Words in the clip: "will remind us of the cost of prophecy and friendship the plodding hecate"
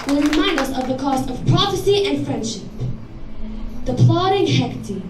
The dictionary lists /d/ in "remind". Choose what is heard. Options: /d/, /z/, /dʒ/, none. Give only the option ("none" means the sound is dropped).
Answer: /d/